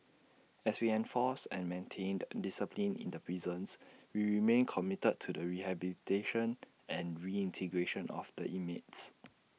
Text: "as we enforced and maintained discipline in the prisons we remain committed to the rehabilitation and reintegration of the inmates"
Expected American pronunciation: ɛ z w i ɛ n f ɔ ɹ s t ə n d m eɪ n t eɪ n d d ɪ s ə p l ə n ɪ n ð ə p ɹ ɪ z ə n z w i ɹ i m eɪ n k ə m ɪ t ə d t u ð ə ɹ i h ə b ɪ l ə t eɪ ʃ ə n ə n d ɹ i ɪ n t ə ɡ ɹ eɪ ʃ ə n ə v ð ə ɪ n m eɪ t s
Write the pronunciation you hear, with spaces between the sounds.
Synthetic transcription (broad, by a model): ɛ s w i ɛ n f ɔ s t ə n m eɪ n t eɪ n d d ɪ s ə p l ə n ɪ n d ə p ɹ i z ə n s w i ɹ i m eɪ n k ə m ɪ t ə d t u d ə ɹ i h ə b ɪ l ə t eɪ ʃ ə n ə n ɹ i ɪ n t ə ɡ ɹ eɪ ʃ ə n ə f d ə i m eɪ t s